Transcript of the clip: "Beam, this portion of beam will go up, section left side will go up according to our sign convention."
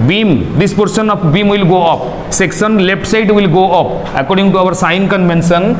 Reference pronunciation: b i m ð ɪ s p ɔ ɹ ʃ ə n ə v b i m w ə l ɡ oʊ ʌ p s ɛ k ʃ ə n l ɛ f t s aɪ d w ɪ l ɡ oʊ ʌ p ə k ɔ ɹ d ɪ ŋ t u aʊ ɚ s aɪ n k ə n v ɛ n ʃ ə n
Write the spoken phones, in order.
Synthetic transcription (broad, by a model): b i m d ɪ s p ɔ ɹ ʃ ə n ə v b i m w ə l ɡ oʊ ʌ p s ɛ k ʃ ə n l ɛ p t s aɪ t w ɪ l ɡ oʊ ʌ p ə k ɔ ɹ d ɪ ŋ t u aʊ ɚ s aɪ n k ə n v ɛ n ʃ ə n